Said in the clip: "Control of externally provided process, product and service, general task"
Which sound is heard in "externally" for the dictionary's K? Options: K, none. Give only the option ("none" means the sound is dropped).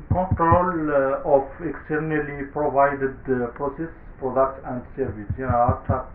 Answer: K